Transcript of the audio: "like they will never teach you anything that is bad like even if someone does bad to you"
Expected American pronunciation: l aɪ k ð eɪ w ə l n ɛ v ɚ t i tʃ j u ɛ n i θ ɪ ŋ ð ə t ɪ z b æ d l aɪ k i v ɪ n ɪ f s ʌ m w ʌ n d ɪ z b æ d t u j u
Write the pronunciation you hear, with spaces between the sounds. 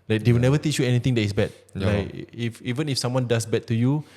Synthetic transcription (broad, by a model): l aɪ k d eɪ w ə l n ɛ v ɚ t i tʃ j u ɛ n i t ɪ ŋ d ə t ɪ s b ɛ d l aɪ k i v ɪ n ɪ f s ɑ m w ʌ n d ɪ s b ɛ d t u j u